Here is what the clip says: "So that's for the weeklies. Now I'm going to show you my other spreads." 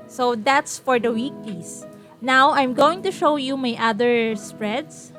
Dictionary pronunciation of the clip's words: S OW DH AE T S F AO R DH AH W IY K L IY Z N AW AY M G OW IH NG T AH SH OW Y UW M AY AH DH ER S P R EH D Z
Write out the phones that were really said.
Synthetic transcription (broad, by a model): S OW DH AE T S F AO R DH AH W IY K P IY S N AW AY M G OW IH NG T AH SH OW Y UW M AY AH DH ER S P R EH D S